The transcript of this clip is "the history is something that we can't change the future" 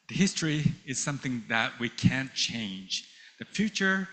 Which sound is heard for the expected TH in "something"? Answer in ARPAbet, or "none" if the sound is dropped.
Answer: TH